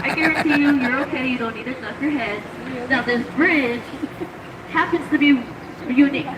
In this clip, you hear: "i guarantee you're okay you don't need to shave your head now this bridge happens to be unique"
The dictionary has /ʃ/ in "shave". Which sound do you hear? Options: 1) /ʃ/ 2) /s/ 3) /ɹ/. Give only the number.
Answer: 2